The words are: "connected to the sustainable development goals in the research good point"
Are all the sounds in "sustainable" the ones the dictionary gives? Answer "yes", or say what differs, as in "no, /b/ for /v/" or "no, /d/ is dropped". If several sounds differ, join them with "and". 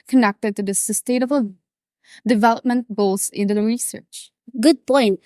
no, /n/ is dropped